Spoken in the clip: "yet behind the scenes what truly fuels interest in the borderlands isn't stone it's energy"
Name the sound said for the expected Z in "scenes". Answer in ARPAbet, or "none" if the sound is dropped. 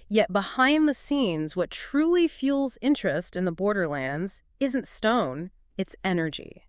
Z